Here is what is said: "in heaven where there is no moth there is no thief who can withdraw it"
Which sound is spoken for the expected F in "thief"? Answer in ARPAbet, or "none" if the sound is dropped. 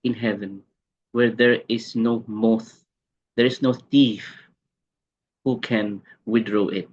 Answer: F